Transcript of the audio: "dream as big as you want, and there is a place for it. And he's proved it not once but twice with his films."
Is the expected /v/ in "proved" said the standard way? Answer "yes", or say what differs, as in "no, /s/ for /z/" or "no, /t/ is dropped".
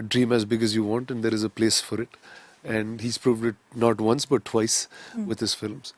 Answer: yes